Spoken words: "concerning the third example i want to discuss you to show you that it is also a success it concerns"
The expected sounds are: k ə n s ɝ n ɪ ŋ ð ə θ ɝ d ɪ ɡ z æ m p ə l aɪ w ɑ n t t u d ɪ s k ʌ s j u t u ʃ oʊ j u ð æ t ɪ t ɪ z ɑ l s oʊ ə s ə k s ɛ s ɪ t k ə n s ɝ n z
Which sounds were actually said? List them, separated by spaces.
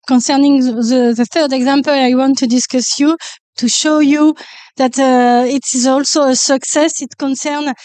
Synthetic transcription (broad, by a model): k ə n s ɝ n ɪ ŋ ð ə θ ɝ d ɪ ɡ z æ m p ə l aɪ w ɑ n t t u d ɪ s k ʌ s j u t u ʃ oʊ j u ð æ t ɪ t ɪ z ɑ l s oʊ ə s ə k s ɛ s ɪ t k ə n s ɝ n